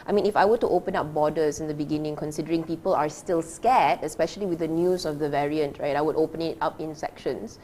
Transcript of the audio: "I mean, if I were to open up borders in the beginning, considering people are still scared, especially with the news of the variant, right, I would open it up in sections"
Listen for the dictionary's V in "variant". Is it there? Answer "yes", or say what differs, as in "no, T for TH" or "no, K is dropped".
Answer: yes